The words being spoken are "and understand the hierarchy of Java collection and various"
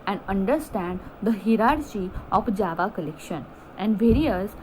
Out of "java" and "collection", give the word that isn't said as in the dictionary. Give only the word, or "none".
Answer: none